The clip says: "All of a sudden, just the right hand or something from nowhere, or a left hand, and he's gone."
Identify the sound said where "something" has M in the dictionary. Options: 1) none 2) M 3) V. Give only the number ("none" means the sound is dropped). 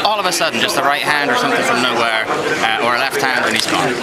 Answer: 2